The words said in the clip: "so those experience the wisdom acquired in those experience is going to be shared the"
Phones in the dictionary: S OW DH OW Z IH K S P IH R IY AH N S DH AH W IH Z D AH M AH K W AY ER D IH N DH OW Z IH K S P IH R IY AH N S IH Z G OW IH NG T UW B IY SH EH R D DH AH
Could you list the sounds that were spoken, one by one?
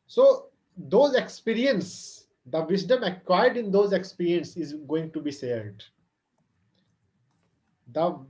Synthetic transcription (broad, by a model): S OW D OW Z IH K S P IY R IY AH N S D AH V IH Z D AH M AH K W AY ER D IH N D OW Z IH K S P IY R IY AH N S IH Z G OW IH NG T UW B IY S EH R D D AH